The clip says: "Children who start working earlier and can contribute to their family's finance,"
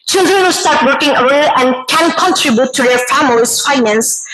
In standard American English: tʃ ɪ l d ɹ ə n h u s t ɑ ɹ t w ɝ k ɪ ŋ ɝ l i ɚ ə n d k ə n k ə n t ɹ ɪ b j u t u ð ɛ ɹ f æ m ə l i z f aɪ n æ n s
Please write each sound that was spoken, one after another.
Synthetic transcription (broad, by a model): tʃ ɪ l d ɹ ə n h u s t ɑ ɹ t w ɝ k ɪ ŋ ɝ i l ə n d k ə n k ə n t ɹ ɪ b j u t u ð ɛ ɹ f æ m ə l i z f aɪ n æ n s